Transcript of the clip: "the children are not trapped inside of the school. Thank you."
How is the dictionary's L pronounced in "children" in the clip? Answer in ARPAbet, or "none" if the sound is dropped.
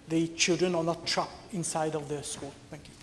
L